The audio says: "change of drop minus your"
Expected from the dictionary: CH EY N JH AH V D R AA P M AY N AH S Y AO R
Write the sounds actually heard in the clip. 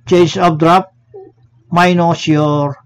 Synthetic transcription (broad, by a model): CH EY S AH B D R AA P M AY N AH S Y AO R